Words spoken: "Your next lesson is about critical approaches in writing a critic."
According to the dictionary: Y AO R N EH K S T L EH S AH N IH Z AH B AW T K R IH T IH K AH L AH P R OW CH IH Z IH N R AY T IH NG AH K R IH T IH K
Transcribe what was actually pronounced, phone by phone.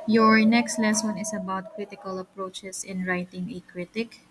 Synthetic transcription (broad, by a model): Y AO R N EH K S T L EH S AH N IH S AH B AW T K R IH T IH K AH L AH P R OW CH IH S IH N R AY T IH NG AH K R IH T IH K